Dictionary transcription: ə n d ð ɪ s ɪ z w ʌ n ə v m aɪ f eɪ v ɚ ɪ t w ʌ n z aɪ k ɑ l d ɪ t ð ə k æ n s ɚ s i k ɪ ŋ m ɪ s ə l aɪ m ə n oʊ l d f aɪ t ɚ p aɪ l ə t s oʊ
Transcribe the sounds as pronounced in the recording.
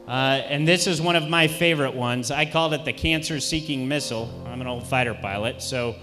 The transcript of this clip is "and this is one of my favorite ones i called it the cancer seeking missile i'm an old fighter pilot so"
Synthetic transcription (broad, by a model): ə n ð ɪ s ɪ z w ʌ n ə v m aɪ f eɪ v ɚ ɪ t w ʌ n z aɪ k ɑ l d ɪ t ð ə k æ n s ɚ s i k ɪ ŋ m ɪ s l aɪ m ə n oʊ l d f aɪ t ɚ p aɪ l ə t s oʊ